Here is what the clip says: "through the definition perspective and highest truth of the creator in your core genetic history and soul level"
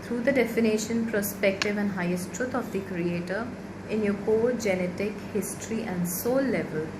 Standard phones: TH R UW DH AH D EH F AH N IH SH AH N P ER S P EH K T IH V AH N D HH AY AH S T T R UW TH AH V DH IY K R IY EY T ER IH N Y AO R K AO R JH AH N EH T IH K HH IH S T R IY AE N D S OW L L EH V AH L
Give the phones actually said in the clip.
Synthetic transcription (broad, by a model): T R UW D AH D EH F AH N IH SH AH N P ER S P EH K T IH V AH N D HH AY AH S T T R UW T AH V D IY K R IY EY T ER IH N Y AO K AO JH AH N EH T IH K HH IH S T R IY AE N D S OW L L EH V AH L